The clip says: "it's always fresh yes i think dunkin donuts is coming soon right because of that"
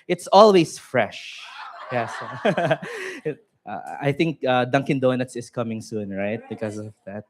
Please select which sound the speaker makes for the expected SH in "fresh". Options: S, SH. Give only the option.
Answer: SH